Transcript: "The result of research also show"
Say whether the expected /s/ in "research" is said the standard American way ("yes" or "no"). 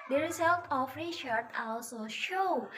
no